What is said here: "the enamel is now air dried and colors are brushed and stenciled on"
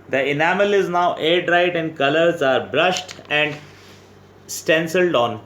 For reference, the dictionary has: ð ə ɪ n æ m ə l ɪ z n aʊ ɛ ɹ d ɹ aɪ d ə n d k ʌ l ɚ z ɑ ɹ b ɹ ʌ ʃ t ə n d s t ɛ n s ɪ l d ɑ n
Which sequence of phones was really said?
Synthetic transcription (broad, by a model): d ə ɪ n æ m ə l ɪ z n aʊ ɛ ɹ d ɹ aɪ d ə n d k ʌ l ɚ z ɑ ɹ b ɹ ʌ ʃ t ə n d s t ɛ n s ɪ l d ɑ n